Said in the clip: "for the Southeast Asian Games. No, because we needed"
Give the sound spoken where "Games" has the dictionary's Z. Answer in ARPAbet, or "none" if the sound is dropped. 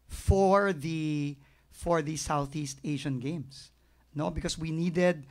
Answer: S